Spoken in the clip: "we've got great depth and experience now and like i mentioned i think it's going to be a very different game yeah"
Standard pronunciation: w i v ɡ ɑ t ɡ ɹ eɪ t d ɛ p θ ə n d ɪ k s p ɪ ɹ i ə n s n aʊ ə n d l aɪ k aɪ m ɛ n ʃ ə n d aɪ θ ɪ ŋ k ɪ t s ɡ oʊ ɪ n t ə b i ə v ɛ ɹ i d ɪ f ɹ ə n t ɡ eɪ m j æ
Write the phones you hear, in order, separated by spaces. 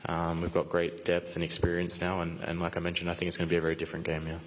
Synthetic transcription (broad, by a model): w i v ɡ ɑ t ɡ ɹ eɪ t d ɛ p θ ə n ɪ k s p ɪ ɹ i ə n s n aʊ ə n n l aɪ k aɪ m ɛ n ʃ ə n d aɪ θ ɪ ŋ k ɪ t s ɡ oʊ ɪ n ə b i ə v ɛ ɹ i d ɪ f ɹ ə n ɡ eɪ m j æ